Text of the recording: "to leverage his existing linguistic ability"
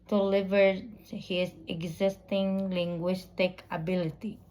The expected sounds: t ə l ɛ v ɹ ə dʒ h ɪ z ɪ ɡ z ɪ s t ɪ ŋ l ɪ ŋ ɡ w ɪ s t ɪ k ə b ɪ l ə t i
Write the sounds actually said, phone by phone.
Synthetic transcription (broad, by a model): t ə l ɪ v ə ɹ h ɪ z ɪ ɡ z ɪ s t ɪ ŋ l ɪ ŋ ɡ w ɪ s t ɪ k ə b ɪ l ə t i